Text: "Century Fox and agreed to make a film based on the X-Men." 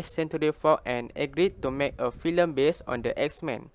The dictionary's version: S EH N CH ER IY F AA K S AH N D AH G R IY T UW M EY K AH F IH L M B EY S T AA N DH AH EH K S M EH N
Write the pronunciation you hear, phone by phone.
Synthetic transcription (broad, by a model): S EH N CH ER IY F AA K AH N AH G R IY T UW M EY K AH F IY L M B EY S AA N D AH EH K S M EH N